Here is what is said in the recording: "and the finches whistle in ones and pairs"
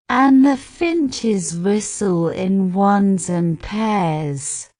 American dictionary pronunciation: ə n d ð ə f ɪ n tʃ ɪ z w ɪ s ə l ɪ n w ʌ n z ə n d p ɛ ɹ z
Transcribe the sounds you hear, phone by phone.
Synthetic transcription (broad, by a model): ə n ð ə f ɪ n tʃ ɪ z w ɪ s ə l ɪ n w ʌ n z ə n p ɛ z